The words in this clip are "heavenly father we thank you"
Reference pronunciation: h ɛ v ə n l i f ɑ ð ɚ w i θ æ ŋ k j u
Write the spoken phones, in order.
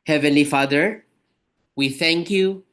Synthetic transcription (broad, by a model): h ɛ v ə n l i f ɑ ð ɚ w i θ æ ŋ k j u